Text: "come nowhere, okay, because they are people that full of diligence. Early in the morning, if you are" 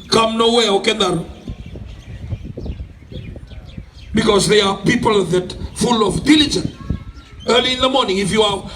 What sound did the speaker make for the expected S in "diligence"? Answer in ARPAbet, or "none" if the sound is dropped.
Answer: none